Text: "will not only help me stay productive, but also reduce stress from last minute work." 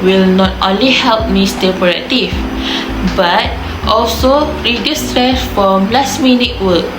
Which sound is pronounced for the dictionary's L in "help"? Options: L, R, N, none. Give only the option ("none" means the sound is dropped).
L